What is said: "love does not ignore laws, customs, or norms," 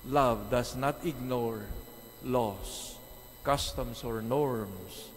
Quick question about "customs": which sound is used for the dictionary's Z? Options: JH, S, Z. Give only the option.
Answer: S